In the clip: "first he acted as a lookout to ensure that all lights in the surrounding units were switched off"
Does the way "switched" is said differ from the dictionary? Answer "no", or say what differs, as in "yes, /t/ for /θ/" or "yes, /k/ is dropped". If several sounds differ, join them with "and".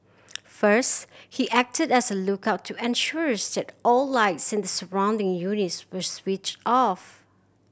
no